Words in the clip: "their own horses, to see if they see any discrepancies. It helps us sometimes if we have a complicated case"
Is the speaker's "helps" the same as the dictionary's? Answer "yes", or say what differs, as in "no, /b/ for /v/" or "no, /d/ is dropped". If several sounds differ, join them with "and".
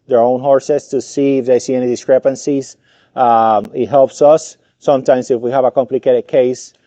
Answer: yes